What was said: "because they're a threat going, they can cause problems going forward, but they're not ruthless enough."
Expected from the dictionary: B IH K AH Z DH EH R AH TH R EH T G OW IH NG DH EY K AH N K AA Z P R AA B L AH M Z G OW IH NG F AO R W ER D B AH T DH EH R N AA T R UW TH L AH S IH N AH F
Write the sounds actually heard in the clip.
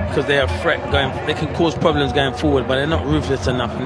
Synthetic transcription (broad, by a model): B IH K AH Z DH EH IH AH F R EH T G OW IH NG DH EY K AH N K AA Z P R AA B L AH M Z G OW IH NG F AO R W ER D B AH T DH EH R N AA T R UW F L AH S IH N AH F